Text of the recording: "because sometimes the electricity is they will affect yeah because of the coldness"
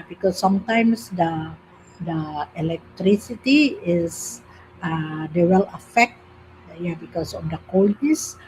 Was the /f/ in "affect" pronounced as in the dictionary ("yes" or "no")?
yes